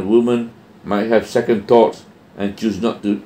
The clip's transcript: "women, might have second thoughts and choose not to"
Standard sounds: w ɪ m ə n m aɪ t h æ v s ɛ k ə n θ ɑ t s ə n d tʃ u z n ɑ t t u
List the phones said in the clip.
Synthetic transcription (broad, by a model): w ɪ m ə n m aɪ t h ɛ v s ɛ k ə n t ɑ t s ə n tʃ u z n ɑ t t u